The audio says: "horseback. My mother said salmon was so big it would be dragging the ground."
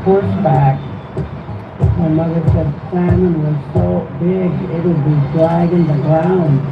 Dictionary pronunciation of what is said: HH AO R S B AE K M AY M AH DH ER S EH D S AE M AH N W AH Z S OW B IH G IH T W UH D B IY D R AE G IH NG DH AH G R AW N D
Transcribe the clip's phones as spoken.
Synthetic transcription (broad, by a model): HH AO R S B AE K M AY M AH DH ER S EH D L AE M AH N W AH Z S OW B IH G IH T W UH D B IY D L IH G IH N DH AH G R AW N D